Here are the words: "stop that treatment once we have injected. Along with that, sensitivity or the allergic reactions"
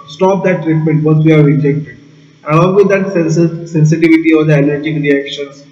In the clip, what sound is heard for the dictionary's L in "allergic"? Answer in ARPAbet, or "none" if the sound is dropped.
N